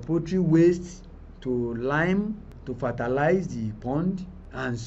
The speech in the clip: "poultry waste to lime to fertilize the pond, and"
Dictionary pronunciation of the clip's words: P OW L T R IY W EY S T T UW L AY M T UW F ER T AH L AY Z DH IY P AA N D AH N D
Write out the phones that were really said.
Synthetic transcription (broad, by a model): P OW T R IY W EY S T T UW L AY M T UW F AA T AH L AY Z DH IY P AA N D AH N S